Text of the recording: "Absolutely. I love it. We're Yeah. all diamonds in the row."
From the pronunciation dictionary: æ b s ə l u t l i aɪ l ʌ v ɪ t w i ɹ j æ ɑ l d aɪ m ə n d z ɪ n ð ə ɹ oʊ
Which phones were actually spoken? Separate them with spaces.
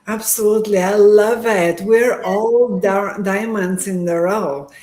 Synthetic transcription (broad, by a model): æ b s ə l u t l i aɪ l ʌ v ɪ t w i ɹ ɑ l d aɪ m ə n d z ɪ n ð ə ɹ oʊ